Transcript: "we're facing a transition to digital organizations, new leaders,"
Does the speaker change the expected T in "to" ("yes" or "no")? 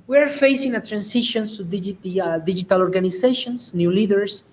yes